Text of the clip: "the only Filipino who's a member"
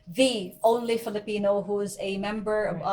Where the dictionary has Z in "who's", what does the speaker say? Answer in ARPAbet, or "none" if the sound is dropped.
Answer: Z